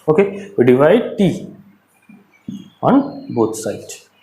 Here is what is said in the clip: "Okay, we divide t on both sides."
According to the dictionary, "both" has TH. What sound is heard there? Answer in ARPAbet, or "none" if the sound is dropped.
T